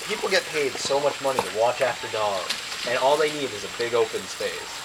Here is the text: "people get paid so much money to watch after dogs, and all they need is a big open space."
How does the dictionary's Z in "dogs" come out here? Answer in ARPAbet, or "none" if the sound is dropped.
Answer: none